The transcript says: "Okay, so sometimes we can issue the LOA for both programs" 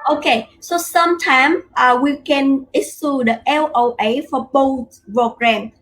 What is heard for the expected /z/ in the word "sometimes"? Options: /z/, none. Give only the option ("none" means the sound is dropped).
none